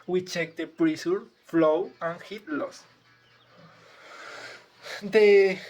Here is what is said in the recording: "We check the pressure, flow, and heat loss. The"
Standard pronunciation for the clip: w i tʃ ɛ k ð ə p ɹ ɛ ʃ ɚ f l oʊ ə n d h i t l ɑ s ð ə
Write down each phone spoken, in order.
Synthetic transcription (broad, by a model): w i tʃ ɛ k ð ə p ɹ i s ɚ f l oʊ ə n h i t l ɑ s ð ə